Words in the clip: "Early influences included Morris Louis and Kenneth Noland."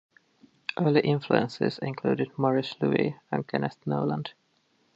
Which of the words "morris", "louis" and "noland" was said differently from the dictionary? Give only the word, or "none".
none